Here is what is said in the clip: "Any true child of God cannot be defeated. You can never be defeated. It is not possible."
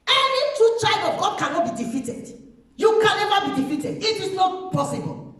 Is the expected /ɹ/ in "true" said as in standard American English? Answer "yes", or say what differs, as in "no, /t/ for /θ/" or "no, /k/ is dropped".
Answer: no, /ɹ/ is dropped